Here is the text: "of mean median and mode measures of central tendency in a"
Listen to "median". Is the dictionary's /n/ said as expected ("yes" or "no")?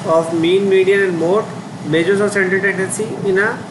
no